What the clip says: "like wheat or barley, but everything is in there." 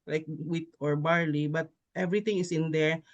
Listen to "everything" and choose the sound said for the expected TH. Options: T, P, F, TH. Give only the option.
T